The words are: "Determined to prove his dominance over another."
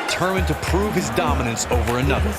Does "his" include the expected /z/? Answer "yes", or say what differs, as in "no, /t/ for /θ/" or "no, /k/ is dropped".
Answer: yes